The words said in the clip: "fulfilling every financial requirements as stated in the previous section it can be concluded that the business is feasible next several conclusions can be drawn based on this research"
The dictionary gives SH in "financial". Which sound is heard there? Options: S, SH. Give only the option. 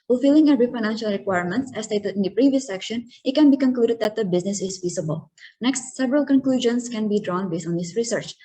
SH